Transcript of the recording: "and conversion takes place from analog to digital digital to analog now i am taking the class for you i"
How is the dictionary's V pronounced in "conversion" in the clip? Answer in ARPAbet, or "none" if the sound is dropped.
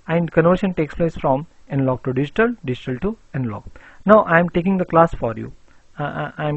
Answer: none